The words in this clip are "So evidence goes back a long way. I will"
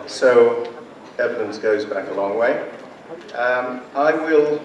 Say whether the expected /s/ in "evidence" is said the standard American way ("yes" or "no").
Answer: yes